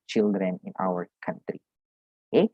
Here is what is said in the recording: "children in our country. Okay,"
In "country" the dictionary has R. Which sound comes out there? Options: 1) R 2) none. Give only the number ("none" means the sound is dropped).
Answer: 1